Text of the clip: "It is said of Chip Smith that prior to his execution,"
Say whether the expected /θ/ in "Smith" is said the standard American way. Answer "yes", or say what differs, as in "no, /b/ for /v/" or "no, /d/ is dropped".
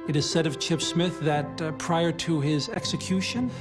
yes